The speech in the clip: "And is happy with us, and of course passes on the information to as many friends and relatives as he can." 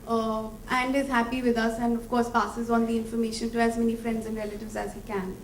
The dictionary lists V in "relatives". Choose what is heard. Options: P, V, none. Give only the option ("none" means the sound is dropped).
V